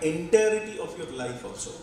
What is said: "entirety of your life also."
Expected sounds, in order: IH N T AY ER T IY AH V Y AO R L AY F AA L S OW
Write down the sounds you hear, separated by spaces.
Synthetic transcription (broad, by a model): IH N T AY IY T IY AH P Y AO R L AY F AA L S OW